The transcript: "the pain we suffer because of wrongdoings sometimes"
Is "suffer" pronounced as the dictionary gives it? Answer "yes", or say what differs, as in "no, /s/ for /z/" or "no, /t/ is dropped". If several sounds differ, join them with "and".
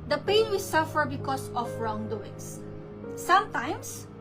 yes